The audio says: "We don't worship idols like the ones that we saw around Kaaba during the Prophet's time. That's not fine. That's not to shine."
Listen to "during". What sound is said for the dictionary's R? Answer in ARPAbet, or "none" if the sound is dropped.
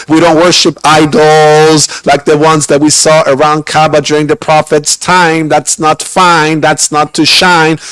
R